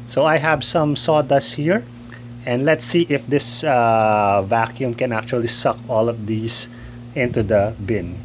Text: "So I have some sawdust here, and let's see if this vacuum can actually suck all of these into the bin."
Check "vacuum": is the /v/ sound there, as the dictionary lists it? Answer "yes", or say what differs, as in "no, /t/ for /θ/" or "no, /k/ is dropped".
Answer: yes